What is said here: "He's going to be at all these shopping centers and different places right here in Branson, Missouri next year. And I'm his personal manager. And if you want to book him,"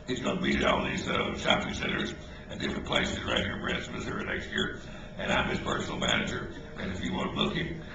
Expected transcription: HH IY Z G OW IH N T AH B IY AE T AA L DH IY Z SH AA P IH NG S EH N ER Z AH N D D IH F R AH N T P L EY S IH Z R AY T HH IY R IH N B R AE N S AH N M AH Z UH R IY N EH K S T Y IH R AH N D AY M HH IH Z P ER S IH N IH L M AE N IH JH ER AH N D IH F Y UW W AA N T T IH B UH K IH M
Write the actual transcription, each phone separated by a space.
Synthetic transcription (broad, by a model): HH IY Z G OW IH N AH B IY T AA L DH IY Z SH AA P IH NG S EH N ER Z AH N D D IH F R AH N P L EY S IH Z R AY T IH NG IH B R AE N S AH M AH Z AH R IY N EH K S T Y IH R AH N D AY M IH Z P ER S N L M AE N IH JH ER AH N IH F Y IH W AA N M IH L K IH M